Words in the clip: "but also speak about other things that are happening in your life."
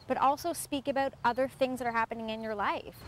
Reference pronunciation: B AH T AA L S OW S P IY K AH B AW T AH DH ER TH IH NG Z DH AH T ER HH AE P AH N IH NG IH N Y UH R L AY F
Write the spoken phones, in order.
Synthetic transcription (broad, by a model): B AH T AA L S OW S P IY K AH B AW T AH DH ER TH IH NG Z DH AH T ER HH AE P AH N IH NG IH N Y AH R L AY F